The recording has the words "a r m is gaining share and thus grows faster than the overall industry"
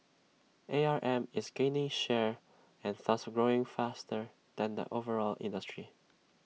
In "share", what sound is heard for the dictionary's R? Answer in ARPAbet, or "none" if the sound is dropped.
R